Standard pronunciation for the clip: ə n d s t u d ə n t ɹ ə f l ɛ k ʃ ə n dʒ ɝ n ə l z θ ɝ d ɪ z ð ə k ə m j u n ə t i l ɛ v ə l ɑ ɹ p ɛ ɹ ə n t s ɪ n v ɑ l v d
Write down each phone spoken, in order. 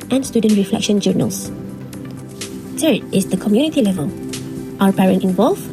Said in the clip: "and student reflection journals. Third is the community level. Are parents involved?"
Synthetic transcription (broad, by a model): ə n s t u d ə n t ɹ ə f l ɛ k ʃ ə n dʒ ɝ n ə l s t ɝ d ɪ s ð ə k ə m j u n ə t i l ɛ v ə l ɑ w p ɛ ɹ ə n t ɪ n v ɑ l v